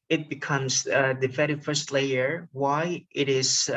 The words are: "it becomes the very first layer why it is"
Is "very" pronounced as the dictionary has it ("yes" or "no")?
no